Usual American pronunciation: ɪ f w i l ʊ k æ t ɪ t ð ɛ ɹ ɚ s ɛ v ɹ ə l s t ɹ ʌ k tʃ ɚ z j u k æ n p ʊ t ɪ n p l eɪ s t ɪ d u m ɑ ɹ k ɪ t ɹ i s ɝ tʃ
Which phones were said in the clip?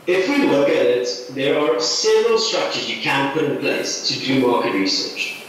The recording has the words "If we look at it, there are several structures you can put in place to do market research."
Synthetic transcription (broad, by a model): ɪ f w i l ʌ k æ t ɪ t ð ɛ ɹ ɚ s ɛ v ɹ ə l s t ɹ ʌ k tʃ ɚ z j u k æ n p ʊ t ɪ n p l eɪ s t ɪ d u m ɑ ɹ k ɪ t ɹ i s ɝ tʃ